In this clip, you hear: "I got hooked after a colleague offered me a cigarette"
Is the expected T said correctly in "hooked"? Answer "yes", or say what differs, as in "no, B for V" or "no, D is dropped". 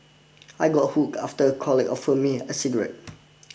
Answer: no, T is dropped